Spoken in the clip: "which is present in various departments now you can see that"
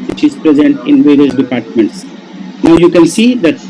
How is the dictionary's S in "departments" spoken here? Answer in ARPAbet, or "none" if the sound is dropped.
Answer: S